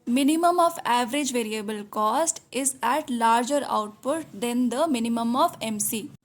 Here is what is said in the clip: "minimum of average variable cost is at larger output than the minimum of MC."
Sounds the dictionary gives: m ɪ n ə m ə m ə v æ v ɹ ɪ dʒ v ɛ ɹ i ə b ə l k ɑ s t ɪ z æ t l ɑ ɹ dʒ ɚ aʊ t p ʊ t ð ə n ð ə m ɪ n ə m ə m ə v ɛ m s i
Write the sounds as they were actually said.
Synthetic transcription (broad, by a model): m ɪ n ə m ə m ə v æ v ɹ ɪ dʒ v ɛ ɹ i ə b ə l k ɑ s t ɪ z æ t l ɑ ɹ dʒ ɚ aʊ t p ʊ t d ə n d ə m ɪ n ə m ə m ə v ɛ m s i